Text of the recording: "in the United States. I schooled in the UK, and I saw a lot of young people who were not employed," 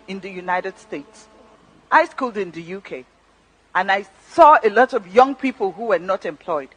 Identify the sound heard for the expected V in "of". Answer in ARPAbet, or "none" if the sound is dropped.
V